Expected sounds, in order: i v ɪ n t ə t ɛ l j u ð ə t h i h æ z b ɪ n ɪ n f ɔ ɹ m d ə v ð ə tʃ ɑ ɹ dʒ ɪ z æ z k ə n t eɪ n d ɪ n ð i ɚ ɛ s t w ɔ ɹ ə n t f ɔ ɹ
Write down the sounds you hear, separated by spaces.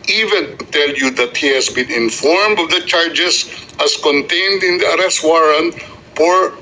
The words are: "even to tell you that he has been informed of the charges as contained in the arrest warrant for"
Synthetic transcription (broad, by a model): i v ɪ n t t ɛ l j u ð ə t h i h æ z b ɪ n ɪ n f ɔ ɹ m d ə v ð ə tʃ ɑ ɹ dʒ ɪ s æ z k ə n t eɪ n d ɪ n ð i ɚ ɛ s t w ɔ ɹ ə n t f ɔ ɹ